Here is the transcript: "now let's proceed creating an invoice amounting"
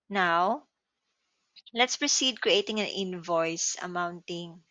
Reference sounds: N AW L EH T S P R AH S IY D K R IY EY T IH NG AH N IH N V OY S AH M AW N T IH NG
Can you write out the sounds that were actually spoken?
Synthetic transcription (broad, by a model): N AW L EH T S P R AH S IY D K R IY EY T IH NG AH N IH N V OY S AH M AW N T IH NG